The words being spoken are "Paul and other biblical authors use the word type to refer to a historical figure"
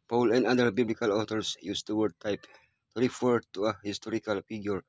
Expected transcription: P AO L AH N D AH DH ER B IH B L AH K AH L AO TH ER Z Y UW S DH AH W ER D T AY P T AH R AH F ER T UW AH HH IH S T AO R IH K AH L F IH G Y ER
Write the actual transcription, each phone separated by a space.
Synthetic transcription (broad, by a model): P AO L AH N D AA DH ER B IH B L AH K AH L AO T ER S Y UW S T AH W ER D T AY P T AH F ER T UW AH HH IH S T AO R IH K AH L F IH G Y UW